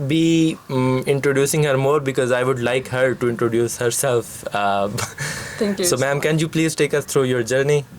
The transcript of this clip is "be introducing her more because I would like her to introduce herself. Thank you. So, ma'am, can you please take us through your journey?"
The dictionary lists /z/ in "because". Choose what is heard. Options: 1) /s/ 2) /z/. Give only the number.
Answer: 2